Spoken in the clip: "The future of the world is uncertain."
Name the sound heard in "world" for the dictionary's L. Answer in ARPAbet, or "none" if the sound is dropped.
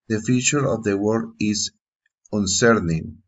none